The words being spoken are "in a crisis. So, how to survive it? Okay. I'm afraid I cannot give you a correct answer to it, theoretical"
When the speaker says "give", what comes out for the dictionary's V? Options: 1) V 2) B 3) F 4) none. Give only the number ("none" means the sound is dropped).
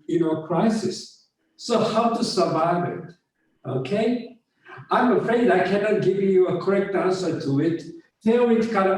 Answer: 1